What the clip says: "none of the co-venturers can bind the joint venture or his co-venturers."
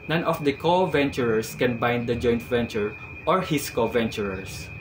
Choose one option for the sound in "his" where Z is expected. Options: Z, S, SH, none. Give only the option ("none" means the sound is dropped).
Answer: S